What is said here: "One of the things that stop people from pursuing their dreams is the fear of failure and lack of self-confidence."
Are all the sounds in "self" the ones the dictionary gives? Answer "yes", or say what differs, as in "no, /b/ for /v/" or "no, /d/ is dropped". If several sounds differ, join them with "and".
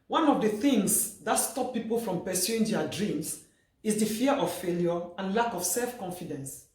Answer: yes